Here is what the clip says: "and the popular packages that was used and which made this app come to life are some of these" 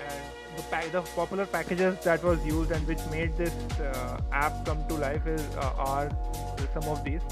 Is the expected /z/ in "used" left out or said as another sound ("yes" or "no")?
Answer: no